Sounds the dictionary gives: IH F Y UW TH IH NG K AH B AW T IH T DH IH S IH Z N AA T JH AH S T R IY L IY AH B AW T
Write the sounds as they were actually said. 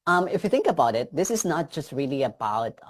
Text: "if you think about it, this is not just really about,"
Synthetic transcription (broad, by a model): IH F Y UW T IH NG K AH B AW T IH T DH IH S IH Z N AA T JH AH S T R IY L IY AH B AW T